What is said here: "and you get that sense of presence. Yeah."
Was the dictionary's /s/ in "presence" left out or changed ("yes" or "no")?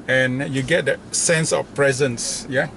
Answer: no